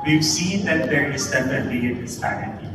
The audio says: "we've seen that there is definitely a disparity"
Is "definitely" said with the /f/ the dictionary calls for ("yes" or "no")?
no